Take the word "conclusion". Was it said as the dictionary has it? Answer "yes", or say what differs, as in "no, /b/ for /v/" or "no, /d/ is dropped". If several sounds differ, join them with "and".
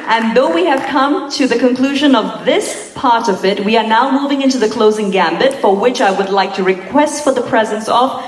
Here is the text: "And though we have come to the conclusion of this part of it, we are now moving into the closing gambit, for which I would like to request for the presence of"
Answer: yes